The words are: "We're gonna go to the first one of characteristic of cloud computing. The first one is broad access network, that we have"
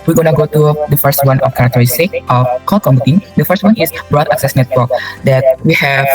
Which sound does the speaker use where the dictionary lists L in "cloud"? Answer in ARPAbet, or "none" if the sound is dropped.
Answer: none